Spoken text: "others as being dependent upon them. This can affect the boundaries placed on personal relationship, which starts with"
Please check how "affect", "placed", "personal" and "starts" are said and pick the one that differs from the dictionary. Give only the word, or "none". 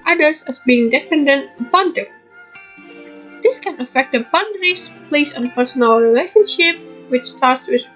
placed